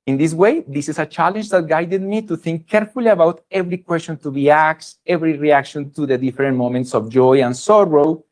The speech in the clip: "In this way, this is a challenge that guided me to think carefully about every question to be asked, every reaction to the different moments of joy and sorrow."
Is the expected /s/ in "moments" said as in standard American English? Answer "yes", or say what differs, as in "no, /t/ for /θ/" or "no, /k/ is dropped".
yes